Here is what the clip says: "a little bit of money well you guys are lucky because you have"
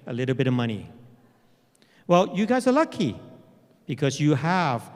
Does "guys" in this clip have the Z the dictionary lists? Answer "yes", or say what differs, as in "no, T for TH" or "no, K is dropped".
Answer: yes